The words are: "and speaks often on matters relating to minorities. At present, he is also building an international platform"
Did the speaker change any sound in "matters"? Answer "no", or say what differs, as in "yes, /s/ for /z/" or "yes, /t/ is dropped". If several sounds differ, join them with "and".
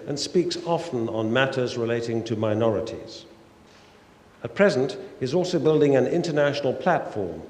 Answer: no